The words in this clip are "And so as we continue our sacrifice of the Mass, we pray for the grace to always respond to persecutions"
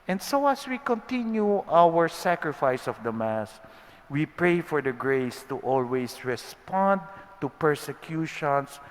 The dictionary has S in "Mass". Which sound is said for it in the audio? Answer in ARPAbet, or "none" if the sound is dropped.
S